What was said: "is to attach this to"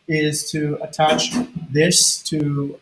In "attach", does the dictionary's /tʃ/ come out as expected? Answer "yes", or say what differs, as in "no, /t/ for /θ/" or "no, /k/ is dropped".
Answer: yes